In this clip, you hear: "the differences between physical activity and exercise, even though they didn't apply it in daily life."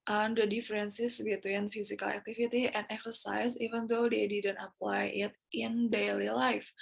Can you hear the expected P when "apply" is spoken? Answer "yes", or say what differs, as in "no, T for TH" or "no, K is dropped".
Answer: yes